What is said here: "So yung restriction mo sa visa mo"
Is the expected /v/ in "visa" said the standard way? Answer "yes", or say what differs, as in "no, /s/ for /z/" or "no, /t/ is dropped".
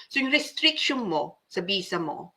no, /b/ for /v/